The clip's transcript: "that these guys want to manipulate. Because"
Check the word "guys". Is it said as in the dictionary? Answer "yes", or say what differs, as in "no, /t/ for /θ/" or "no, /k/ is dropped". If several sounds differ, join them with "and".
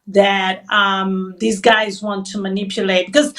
yes